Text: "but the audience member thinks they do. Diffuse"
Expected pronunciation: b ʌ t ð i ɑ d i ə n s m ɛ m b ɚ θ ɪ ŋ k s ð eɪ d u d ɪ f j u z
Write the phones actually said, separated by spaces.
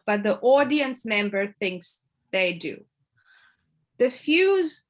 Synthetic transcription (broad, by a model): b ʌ t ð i ɑ d i ə n s m ɛ m b ɚ θ ɪ ŋ k s ð eɪ d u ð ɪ f j u z